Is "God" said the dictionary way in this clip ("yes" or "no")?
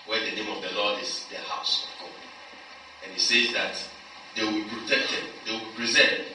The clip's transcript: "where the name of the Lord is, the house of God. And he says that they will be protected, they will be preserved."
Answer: no